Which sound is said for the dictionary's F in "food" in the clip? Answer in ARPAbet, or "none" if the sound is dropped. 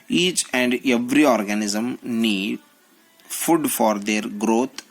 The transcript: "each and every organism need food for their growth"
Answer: F